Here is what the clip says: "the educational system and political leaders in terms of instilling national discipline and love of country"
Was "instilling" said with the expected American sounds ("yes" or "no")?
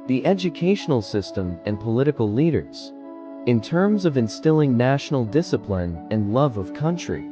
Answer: yes